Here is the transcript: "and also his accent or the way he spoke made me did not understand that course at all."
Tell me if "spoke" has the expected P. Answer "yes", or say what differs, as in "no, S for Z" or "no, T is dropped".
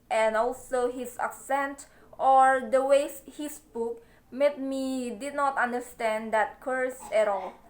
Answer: no, B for P